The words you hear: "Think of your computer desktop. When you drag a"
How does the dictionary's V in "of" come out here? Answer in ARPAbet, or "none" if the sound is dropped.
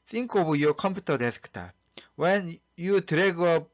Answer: B